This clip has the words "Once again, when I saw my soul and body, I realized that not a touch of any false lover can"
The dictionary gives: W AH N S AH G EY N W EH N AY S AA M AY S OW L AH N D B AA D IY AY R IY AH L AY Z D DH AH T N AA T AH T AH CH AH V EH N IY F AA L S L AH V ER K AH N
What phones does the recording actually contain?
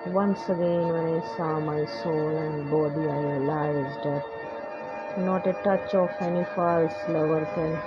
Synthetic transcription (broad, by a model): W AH N S AH G EY N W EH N AY S AA M AY S OW L AH N D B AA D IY AY L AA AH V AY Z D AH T N AA T AH T AH CH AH F EH N IY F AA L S L AH V ER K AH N